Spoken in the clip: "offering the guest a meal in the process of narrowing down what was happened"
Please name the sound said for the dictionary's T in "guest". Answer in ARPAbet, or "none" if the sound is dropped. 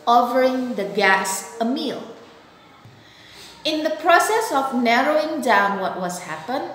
none